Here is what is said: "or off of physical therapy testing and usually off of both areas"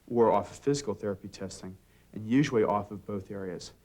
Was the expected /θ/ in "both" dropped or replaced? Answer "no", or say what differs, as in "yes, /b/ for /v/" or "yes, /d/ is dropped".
no